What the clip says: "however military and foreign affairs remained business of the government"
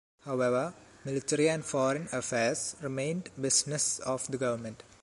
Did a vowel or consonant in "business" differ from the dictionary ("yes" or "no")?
yes